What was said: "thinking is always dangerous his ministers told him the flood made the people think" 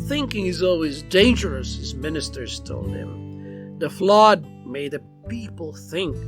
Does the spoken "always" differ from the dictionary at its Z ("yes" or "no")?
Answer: no